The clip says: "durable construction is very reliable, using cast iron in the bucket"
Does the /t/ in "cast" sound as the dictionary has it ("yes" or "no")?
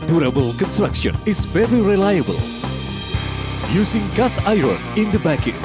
no